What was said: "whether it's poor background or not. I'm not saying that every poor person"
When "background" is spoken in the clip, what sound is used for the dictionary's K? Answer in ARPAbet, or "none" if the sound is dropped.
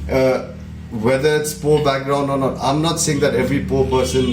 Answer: K